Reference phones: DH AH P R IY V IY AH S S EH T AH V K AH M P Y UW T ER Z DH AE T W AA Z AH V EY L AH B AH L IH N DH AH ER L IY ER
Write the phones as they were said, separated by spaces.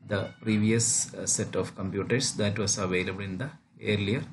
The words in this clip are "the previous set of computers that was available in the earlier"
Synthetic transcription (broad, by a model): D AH P R IY V IY AH S S EH T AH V K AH M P Y UW T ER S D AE T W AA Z AH V EY L AH B AH L IH N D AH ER L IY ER